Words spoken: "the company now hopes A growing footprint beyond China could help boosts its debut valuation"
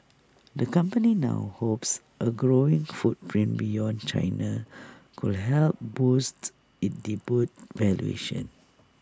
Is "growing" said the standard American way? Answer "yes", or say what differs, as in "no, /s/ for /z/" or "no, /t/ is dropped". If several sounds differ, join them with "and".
yes